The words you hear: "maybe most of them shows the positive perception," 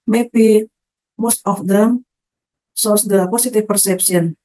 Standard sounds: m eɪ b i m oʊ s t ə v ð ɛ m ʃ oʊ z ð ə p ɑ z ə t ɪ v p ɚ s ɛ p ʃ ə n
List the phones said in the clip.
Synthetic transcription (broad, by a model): m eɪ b i m oʊ s t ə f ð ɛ m s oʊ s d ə p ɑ s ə t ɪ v p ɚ s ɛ p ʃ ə n